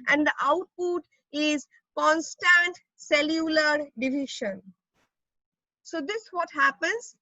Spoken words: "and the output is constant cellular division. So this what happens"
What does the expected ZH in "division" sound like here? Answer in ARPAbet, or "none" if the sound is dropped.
SH